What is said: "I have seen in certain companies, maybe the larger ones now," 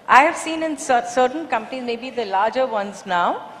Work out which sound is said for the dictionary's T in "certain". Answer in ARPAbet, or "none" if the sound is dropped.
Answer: S